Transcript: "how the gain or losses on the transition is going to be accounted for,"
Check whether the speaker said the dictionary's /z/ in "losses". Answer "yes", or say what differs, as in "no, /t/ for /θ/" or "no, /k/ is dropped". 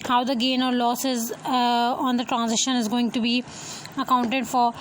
yes